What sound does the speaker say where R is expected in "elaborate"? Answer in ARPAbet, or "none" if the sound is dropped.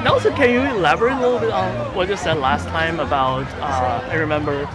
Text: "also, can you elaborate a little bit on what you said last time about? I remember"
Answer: none